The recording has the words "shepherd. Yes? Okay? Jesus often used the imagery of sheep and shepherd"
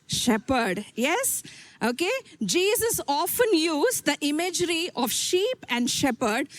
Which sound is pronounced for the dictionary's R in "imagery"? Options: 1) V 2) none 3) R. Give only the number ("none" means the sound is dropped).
3